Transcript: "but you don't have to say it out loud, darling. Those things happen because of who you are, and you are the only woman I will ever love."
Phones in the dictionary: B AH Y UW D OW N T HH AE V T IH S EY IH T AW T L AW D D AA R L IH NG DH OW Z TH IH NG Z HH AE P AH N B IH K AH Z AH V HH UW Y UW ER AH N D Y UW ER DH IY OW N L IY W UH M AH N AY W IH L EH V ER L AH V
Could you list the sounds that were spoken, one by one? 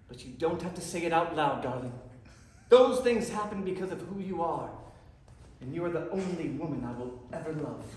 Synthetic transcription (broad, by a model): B AH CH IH D OW N T HH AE F T IH S EY IH T AW T L AW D D AA R L IH NG DH OW Z TH IH NG Z HH AE P AH N B IH K AH Z AH V HH UW Y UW ER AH N Y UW ER DH IY OW N L IY W UH M AH N AY W IH L EH V ER L AH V